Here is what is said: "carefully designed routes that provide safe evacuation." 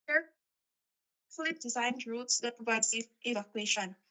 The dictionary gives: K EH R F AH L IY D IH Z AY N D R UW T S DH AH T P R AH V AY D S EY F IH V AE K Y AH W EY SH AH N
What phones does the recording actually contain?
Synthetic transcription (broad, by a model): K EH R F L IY D IH Z AY N D R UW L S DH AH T P R AH V AY D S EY IH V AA K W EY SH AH N